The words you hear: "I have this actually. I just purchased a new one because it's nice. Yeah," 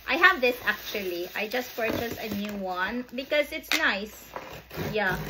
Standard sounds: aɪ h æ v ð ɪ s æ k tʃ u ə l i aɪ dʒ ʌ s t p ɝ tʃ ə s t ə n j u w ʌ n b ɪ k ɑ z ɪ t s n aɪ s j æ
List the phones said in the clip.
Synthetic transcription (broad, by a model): aɪ h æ v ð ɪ s æ k tʃ u ə l i aɪ dʒ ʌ s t p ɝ tʃ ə s ə n j u w ʌ n b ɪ k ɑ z ɪ t s n aɪ s j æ